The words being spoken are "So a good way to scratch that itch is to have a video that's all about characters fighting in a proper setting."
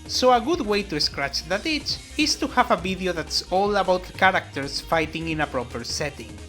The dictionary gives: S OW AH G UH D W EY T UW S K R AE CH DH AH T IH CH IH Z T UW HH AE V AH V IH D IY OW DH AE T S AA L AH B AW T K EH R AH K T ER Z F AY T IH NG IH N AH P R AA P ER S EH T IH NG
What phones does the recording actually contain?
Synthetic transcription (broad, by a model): S OW AH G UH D W EY T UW S K R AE CH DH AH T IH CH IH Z T UW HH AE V AH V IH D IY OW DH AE T S AA L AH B AW T K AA R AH K T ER S F AY T IH NG IH N AH P R AA P ER S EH T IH NG